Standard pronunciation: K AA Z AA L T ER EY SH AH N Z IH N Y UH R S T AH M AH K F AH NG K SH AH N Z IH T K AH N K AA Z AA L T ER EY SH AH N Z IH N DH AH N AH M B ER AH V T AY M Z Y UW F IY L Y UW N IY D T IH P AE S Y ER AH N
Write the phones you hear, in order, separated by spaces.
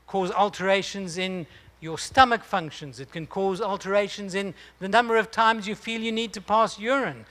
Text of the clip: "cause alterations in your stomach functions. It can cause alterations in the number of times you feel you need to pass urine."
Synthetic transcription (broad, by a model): K AA Z AA L T ER EY SH AH N Z IH N Y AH R S T AH M AH K F AH NG K SH AH N Z IH T K AH N K AA Z AA L T ER EY SH AH N Z IH N DH AH N AH M B ER AH V T AY M Z Y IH F IY L Y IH N IY D T IH P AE S Y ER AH N